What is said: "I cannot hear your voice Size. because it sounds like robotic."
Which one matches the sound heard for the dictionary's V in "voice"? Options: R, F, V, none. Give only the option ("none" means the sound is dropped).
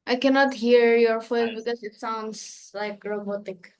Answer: F